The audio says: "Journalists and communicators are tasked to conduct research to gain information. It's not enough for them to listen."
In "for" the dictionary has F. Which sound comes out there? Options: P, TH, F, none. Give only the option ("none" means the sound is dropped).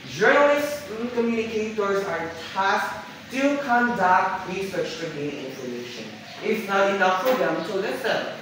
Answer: P